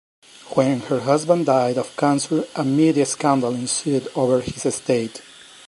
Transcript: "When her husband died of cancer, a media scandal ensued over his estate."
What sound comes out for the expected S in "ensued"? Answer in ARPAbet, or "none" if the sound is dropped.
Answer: S